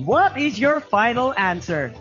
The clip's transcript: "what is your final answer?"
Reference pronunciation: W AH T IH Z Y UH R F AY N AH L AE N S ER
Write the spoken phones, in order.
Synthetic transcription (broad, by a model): W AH T IH Z Y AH R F AY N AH L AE N S ER